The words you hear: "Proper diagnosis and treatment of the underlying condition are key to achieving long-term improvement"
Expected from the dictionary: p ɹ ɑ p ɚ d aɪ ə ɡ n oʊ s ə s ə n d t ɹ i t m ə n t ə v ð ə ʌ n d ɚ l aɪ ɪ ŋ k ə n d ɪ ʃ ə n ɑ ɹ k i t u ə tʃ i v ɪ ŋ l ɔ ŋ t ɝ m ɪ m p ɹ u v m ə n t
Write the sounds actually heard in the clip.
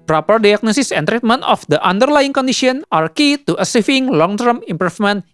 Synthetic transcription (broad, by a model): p ɹ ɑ p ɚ d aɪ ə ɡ n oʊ s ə s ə n t ɹ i t m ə n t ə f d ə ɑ n d ɚ l aɪ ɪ ŋ k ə n d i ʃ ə n ɑ ɹ k i t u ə s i f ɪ ŋ l ɔ ŋ t ɝ m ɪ m p ɹ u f m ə n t